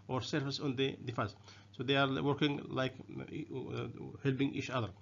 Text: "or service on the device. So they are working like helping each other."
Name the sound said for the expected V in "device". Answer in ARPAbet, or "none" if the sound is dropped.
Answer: F